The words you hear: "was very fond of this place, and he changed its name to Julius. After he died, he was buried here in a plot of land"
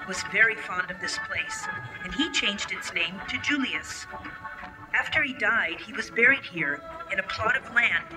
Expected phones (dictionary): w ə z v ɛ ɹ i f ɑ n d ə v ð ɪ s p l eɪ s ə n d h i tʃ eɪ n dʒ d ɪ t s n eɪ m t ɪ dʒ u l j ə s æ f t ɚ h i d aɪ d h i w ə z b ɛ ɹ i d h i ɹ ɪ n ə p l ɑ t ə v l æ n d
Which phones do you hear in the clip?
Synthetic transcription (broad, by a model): w ə z v ɛ ɹ i f ɑ n d ə v ð ɪ s p l eɪ s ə n i tʃ eɪ n dʒ d ɪ t s n eɪ m t ɪ dʒ u l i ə s æ f t ɚ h i d aɪ d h i w ə z b ɛ ɹ i d h i ɹ ɪ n ə p l ɑ t ə v l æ n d